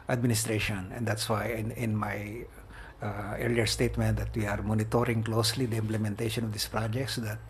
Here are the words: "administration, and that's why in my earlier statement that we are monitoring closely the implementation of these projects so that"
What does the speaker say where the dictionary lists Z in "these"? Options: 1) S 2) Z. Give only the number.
1